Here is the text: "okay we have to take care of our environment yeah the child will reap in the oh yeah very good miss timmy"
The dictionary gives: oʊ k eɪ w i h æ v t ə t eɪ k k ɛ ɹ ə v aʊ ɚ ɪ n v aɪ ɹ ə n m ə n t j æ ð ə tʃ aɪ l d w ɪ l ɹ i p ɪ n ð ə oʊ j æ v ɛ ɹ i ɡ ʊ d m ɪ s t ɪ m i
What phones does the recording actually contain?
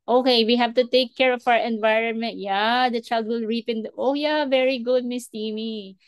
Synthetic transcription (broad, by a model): oʊ k eɪ w i h æ v t ə t eɪ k k ɛ ɹ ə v aʊ ɚ ɪ n v aɪ ɹ ə n m ə n t j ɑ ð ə tʃ aɪ l d w ɪ l ɹ i p ɪ n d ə oʊ j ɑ v ɛ ɹ i ɡ ʊ d m ɪ s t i m i